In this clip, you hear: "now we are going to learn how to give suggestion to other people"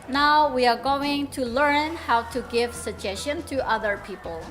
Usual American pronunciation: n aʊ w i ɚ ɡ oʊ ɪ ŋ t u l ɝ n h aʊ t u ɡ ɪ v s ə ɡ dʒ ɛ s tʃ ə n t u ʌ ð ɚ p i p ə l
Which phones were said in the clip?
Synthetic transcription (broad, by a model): n aʊ w i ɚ ɡ oʊ ɪ ŋ t u l ɝ n h aʊ t u ɡ ɪ v s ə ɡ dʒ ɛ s ʃ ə n t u ʌ ð ɚ p i p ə l